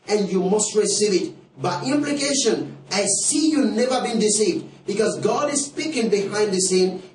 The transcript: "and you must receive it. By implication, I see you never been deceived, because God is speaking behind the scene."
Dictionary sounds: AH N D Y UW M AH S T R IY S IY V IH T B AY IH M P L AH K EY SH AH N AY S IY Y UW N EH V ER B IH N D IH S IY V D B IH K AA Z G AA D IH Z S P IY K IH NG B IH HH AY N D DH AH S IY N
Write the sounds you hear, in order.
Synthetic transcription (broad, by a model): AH N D Y UW M AH S T R IY S IY V IH T B AY IH M P L AH K EY SH AH N AY S IY Y UW N EH V ER B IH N D IH S IY V D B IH K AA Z G AA D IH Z S P IY K IH NG B IH HH AY N D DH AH S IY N